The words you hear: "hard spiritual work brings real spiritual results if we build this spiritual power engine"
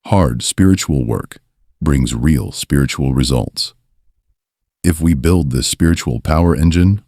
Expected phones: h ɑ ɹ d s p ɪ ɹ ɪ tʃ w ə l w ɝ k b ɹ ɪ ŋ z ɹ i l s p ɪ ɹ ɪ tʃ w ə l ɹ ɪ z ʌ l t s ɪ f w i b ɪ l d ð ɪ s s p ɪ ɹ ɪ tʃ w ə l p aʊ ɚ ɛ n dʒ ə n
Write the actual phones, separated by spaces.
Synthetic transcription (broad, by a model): h ɑ ɹ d s p ɪ ɹ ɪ tʃ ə l w ɝ k b ɹ ɪ ŋ z ɹ i l s p ɪ ɹ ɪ tʃ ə l ɹ ɪ z ʌ l t s ɪ f w i b ɪ l d ð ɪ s s p ɪ ɹ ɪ tʃ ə l p aʊ ɚ ɛ n dʒ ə n